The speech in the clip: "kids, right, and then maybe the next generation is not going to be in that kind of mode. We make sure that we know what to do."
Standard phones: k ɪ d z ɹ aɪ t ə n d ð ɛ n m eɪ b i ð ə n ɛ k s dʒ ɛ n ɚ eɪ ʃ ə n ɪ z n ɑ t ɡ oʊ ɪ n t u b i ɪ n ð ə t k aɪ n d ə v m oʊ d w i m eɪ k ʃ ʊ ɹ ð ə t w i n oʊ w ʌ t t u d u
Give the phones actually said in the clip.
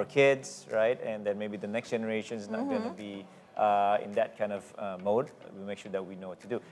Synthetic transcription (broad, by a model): k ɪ d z ɹ aɪ t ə n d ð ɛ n m eɪ b i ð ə n ɛ k s dʒ ɛ n ɚ eɪ ʃ ə n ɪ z n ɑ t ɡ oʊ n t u b i ɪ n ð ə t k aɪ n d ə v m oʊ d w i m eɪ k ʃ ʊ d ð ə t w i n oʊ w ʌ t t u d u